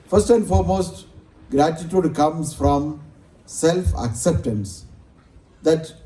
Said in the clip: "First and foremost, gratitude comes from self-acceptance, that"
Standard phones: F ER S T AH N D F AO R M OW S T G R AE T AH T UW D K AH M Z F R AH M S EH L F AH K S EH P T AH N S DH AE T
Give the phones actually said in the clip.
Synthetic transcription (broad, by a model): F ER S T AH N D F AO R M OW S T G R AE T AH T UW D K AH M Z F R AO M S EH L F AH K S EH P T AH N S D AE T